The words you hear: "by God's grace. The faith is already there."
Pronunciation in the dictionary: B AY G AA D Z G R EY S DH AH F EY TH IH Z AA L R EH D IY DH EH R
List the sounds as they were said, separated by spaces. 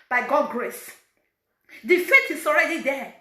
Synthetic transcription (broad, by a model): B AY G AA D G R EY S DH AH F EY T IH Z AA L R EH D IY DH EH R